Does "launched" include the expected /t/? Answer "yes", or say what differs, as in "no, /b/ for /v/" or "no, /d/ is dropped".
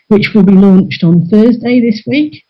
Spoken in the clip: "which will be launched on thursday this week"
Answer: yes